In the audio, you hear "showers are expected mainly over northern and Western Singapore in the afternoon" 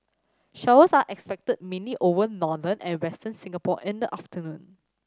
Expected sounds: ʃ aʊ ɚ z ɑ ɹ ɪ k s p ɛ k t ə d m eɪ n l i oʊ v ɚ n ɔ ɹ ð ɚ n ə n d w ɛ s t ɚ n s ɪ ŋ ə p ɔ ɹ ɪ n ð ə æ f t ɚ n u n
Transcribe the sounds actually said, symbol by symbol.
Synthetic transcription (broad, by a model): ʃ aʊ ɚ s ɑ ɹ ɪ k s p ɛ k t ə d m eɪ n l i oʊ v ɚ n ɔ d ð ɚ n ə n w ɛ s t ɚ n s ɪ ŋ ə p ɔ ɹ ɪ n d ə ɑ f t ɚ n u n